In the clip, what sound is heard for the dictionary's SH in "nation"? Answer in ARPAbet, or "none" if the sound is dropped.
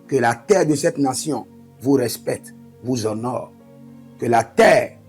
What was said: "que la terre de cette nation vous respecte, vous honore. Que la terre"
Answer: S